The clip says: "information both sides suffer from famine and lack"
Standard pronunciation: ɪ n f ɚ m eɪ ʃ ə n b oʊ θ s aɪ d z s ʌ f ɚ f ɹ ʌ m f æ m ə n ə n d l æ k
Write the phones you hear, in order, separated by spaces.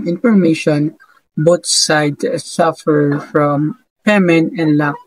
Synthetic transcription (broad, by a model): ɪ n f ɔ m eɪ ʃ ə n b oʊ t s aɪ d s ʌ f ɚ f ɹ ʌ m p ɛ m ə n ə n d l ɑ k